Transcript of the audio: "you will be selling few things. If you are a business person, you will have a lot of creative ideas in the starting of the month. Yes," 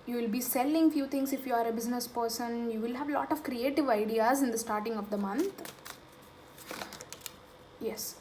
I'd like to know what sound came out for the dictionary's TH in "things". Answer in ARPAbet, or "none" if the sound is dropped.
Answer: T